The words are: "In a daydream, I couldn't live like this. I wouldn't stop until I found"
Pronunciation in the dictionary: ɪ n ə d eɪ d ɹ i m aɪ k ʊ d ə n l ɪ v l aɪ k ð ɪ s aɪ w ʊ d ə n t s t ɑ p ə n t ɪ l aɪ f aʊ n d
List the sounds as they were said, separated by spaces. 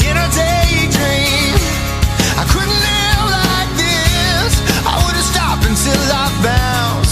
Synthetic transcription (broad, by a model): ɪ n ə d eɪ d ɹ i m aɪ k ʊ d n l ɪ v l aɪ k ð ɪ s aɪ w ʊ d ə s t ɑ p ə n s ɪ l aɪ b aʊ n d